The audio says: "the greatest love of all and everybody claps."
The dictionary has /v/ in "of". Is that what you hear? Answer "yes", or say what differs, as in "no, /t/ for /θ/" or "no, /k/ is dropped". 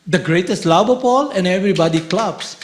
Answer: no, /p/ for /v/